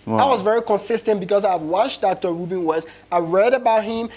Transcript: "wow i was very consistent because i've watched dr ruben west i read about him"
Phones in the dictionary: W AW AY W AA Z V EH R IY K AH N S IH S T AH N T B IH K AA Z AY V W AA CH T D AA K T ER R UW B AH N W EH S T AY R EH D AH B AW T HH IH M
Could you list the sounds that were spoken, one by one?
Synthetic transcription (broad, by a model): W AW AY W AA Z V EH R IY K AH N S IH S T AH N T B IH K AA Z AY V W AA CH D AA K T ER R UW B AH N W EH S AY R EH D AH B AW T HH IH M